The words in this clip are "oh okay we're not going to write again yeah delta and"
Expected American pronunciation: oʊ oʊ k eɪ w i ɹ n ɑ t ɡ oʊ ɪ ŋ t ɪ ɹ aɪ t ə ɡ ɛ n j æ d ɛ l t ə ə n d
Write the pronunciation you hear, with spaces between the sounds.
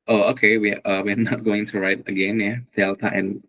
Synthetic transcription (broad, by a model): oʊ oʊ k eɪ w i w n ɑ t ɡ oʊ ɪ ŋ t ɪ ɹ aɪ t ə ɡ ɛ n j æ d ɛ l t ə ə n